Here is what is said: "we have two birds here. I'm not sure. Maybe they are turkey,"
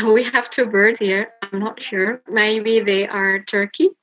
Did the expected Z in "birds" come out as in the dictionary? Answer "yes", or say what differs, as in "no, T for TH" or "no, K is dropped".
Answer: no, Z is dropped